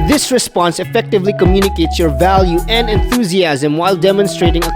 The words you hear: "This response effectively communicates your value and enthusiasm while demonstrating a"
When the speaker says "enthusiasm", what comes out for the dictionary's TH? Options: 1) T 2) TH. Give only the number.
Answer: 2